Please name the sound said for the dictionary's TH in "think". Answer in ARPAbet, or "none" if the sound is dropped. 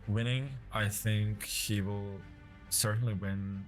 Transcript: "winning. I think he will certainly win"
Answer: TH